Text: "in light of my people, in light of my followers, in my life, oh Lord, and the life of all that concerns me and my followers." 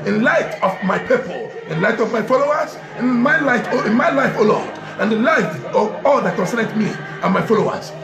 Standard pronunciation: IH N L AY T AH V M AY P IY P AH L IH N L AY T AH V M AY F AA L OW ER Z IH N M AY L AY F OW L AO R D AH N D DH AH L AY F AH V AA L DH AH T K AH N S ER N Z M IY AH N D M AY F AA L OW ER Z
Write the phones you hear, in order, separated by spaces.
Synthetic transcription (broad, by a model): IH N L AY T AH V M AY P IY P AH L IH N L AY T AH V M AY F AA L OW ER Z IH N M AY L AY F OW L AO L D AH N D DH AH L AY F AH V AA L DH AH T K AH N S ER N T M IY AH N M AY F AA L OW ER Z